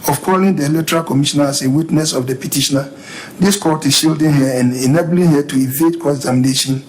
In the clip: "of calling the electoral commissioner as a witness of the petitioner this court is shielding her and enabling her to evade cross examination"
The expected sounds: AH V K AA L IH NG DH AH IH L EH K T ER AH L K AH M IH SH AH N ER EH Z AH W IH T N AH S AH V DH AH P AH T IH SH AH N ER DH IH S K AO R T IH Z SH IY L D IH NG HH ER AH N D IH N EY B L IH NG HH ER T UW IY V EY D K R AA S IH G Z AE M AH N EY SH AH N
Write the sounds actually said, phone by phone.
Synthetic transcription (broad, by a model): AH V K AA L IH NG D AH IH L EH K T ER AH L K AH M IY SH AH N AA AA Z AH W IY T N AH S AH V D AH P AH T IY SH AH N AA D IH S K AO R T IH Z SH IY L D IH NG HH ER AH N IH N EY B L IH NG HH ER T UW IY V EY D K AA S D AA M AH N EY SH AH N